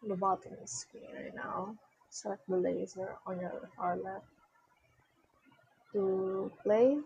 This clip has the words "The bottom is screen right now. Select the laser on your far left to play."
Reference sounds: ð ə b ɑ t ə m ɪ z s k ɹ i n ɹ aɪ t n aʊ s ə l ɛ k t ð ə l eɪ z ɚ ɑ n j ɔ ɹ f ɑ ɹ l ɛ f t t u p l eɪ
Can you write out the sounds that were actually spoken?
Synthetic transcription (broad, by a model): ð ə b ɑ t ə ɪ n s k i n ɹ aɪ t n aʊ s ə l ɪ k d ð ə l eɪ z ɚ ɑ n j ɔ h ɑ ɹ l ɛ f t t u p l eɪ